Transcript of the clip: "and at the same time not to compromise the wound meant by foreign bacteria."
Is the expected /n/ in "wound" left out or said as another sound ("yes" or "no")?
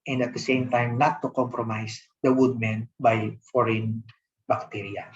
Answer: yes